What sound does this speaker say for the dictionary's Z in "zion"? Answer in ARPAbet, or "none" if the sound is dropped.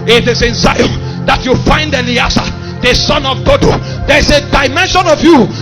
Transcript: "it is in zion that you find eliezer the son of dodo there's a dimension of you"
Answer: S